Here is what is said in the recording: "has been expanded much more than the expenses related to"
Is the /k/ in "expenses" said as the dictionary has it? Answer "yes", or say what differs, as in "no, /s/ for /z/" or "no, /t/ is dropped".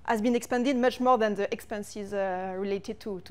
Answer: yes